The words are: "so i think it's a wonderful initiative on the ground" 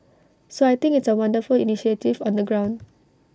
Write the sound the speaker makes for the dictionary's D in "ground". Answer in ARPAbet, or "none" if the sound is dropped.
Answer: D